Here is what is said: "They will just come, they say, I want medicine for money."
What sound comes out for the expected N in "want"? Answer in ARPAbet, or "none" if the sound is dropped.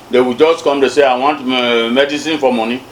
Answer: N